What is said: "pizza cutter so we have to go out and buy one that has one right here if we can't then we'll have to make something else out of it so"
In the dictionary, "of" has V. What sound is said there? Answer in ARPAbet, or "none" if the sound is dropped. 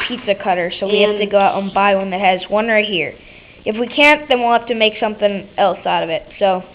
V